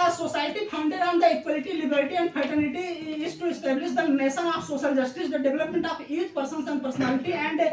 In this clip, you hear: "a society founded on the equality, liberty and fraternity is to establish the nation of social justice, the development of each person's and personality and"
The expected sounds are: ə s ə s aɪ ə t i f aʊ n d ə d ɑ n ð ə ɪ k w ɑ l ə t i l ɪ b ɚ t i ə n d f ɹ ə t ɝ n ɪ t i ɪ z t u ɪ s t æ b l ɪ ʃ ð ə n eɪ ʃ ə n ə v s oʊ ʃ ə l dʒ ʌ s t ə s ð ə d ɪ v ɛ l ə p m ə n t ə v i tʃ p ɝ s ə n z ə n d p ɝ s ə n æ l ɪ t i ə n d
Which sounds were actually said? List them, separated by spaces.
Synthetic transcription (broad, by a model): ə s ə s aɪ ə t i p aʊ n d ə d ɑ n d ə ɪ k w ɑ l ə t i l ɪ b ɚ t i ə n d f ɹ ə t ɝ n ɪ t i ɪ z t u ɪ s t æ b l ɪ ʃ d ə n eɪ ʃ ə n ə f s oʊ ʃ ə l dʒ ʌ s t ə s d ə d ɪ v ɛ l ə p m ə n t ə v i tʃ p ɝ s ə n s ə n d p ɝ s ə n æ l ɪ t i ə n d